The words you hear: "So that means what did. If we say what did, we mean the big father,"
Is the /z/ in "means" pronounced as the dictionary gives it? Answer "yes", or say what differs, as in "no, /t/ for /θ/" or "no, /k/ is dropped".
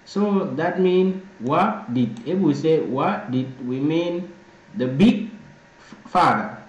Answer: no, /z/ is dropped